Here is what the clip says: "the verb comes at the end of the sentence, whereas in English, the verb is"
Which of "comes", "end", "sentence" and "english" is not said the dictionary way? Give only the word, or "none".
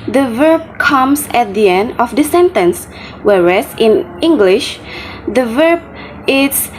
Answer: comes